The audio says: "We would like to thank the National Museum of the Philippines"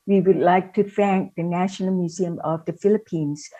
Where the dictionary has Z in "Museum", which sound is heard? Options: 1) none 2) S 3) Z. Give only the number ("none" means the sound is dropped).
3